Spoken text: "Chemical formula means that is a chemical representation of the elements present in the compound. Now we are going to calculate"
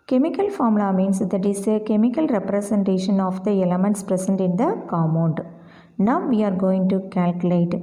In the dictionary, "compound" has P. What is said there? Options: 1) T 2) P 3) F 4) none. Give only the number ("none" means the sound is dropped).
4